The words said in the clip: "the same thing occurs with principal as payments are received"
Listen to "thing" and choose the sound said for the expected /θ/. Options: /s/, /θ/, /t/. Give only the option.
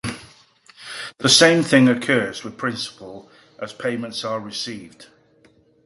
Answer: /θ/